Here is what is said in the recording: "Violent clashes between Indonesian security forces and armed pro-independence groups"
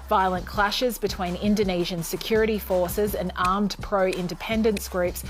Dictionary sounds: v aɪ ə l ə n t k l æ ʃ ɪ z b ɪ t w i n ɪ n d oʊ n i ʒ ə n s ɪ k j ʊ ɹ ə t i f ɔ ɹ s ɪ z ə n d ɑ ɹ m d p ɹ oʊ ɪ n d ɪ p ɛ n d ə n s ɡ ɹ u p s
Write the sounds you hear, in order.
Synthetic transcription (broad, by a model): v aɪ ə l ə n k l æ ʃ ɪ z b ɪ t w i n ɪ n d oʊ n i ʒ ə n s ɪ k j ʊ ɹ ə t i f ɔ ɹ s ɪ z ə n ɑ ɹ m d p ɹ oʊ ɪ n d ɪ p ɛ n d ə n s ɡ ɹ u p s